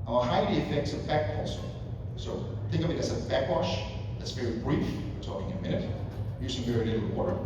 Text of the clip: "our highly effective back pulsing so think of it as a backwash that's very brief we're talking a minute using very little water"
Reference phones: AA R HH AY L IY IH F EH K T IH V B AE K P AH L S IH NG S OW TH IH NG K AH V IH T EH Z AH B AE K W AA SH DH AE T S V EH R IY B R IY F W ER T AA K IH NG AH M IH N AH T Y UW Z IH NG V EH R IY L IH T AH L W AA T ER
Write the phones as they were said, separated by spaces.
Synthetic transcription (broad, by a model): AA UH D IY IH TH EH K S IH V B AE K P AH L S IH S OW TH IH NG K AH V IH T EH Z AH B AE K W AA SH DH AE T S V EH R IY B R IY F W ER T AA K IH NG AH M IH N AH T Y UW S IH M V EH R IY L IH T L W AA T ER